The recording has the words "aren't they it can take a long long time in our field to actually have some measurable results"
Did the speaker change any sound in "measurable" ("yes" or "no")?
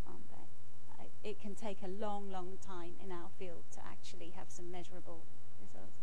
no